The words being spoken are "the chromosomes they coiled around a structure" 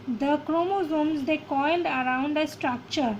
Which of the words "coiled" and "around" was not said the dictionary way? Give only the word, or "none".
none